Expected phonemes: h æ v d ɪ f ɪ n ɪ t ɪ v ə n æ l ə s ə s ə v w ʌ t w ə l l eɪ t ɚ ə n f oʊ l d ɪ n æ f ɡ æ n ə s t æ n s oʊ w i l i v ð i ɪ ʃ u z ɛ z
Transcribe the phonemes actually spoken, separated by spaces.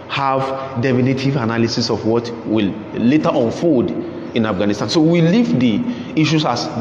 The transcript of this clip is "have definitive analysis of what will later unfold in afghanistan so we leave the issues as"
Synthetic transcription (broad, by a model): h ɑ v d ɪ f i n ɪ t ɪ v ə n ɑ l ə s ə s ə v w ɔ t w ə l l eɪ t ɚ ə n f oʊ d ɪ n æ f ɡ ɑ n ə s t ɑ n s oʊ w i l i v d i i ʃ u s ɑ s